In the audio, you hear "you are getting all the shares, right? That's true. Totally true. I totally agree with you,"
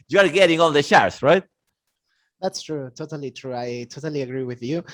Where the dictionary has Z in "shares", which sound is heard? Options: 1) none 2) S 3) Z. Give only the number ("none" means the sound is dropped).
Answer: 2